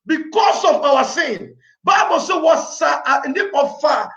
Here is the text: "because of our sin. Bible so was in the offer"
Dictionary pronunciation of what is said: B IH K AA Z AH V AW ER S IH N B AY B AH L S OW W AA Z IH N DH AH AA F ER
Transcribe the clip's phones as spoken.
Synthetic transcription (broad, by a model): B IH K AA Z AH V AW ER S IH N B AY B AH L S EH W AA S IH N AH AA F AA